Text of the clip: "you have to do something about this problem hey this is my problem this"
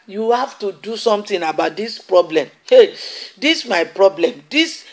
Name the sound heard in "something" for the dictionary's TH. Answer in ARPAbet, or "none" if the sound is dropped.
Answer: T